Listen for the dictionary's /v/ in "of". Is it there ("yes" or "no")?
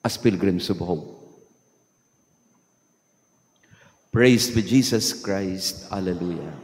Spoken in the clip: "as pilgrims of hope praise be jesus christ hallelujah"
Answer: no